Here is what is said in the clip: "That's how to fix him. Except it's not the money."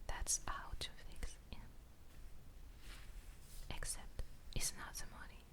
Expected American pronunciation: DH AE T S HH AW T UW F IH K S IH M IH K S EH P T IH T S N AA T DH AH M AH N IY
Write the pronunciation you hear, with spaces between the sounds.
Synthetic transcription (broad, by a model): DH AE T S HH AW T UW F IH K S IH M IH K S EH P T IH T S N AA T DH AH M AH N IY